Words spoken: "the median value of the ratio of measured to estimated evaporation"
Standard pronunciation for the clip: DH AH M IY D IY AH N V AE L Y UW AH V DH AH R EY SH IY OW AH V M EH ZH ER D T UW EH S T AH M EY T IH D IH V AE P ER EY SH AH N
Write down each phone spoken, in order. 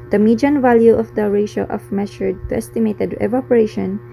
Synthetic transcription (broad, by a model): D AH M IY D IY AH N V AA L Y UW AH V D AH R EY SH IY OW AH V M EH SH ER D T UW EH S T AH M EY T IH D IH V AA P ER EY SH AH N